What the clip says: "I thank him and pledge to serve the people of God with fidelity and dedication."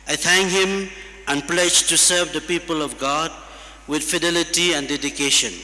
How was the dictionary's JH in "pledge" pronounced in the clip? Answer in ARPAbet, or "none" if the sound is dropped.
JH